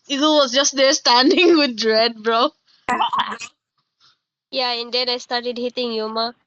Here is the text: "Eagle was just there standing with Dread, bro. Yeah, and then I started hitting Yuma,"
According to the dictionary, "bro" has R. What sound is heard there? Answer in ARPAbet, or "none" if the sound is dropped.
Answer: R